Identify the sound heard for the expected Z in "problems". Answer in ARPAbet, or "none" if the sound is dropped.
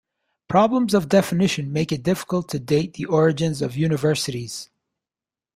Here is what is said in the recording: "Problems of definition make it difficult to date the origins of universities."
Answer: Z